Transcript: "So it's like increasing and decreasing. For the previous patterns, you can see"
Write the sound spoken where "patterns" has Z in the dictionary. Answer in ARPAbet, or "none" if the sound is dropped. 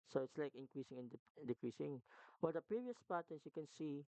S